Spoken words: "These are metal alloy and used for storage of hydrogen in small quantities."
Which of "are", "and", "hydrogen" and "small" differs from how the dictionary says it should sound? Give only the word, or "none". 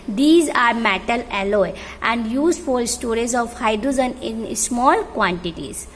hydrogen